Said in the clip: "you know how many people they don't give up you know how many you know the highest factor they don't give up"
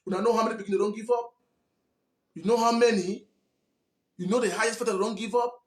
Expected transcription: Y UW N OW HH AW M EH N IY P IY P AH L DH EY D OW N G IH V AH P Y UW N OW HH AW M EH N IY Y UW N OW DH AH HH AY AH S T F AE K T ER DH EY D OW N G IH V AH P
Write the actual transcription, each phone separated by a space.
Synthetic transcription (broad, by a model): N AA N OW HH AW M EH N IY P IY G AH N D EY D OW N G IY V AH P Y UW N OW HH AW M EH N IY Y UW N OW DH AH HH AY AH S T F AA T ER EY D OW N G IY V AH P